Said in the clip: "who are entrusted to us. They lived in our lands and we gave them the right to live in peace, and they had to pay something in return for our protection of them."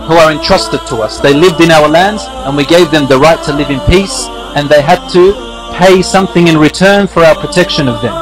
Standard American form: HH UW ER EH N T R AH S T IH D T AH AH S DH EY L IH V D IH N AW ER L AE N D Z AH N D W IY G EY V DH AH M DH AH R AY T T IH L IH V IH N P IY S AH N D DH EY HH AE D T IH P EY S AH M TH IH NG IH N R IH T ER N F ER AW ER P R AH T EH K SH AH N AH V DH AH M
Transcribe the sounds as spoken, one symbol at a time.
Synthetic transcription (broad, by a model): HH UW ER EH N T R AH S T IH D T AH AH S DH EY L IH V D IH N AW ER L AE N D Z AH N W IY G EY V DH AH M DH AH R AY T T IH L IH V IH N P IY S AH N DH EY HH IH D T IH P EY S AH M TH IH NG IH N R IH T ER N F ER AW ER P R AH T EH K SH AH N AH V DH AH M